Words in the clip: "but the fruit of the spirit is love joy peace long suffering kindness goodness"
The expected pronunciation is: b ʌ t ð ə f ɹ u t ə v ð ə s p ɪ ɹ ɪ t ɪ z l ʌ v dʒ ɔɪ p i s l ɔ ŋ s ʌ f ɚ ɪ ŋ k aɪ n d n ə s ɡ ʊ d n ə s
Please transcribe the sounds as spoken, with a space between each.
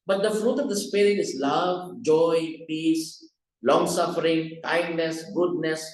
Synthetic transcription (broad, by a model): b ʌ t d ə f ɹ u t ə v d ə s p ɪ ɹ ɪ t ɪ z l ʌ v dʒ ɔɪ p i s l ɔ ŋ s ʌ f ɚ ɪ ŋ k aɪ n d n ə s ɡ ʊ d n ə s